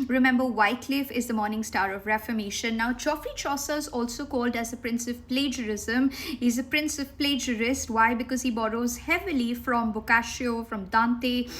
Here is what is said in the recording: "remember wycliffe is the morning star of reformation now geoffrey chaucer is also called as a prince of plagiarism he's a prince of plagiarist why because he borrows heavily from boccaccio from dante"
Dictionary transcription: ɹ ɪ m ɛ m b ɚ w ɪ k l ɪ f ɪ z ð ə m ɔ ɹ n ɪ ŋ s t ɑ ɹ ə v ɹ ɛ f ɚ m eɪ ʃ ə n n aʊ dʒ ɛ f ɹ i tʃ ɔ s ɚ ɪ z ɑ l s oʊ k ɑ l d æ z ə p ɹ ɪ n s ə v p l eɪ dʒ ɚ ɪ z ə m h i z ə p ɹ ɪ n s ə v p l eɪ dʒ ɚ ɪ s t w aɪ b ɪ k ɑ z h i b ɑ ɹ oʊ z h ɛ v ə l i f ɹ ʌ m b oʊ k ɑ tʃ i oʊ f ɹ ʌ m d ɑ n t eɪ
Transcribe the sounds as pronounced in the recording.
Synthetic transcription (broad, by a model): ɹ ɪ m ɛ m b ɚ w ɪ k l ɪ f ɪ z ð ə m ɔ ɹ n ɪ ŋ s t ɑ ɹ ə v ɹ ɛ f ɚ m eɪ ʃ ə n n aʊ tʃ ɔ f ɹ i tʃ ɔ s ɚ ɪ z ɑ l s oʊ k ɑ l d æ z ə p ɹ ɪ n s ə v p l eɪ dʒ ɚ ɪ z ə m h i z ə p ɹ ɪ n s ə v p l eɪ dʒ ɚ ɪ s t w aɪ b ɪ k ɑ z h i b ɑ ɹ oʊ z h ɛ v ə l i f ɹ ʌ m b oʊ k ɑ ʃ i oʊ f ɹ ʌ m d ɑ n t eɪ